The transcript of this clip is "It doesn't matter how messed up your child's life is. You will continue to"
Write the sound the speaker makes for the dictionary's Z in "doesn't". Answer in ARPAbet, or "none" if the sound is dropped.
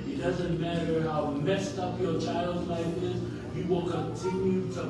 Z